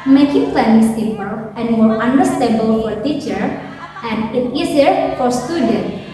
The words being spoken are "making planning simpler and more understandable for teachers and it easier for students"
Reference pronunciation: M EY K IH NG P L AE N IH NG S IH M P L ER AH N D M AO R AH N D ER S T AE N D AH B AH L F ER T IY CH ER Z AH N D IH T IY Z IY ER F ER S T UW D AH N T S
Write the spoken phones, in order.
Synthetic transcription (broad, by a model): M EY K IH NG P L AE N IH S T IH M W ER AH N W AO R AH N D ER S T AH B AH L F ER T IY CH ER AH N D IH T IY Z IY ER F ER S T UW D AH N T